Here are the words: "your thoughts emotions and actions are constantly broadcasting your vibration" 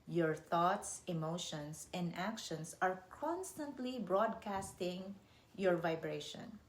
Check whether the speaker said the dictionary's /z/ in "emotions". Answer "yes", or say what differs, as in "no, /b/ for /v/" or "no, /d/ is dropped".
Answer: no, /s/ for /z/